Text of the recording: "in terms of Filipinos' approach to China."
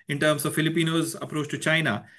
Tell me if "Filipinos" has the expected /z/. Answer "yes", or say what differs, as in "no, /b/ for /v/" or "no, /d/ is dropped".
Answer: yes